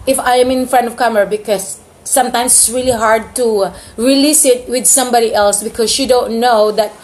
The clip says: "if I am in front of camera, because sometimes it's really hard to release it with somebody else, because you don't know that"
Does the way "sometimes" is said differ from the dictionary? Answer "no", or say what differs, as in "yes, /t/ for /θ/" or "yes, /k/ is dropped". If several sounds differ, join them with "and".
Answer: yes, /s/ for /z/